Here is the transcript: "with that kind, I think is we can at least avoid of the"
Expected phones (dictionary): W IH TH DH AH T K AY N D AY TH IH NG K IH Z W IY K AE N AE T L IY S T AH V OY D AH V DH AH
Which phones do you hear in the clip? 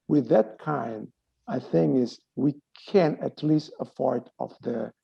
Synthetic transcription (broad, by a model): W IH DH AH T K AY N D AY TH IH NG K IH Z W IY K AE N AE T L IY S T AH F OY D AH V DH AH